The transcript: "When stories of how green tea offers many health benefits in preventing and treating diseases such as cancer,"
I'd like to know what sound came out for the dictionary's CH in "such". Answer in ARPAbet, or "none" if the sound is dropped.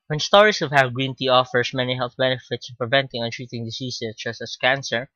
S